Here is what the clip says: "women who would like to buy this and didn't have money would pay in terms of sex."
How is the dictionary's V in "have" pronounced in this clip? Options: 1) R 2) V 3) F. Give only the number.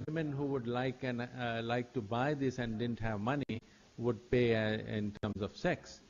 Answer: 2